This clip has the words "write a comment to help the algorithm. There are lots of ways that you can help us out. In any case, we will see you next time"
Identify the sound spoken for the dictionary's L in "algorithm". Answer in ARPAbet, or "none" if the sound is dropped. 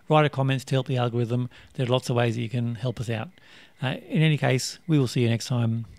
L